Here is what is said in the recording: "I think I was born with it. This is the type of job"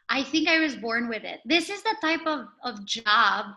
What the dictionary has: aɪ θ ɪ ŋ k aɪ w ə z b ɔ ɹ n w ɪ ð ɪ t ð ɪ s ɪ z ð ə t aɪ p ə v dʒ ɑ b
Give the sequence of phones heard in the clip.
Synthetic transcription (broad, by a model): aɪ θ ɪ ŋ k aɪ w ə z b ɔ ɹ n w ɪ ð ɪ t ð ɪ s ɪ z ð ə t aɪ p ə v dʒ ɑ b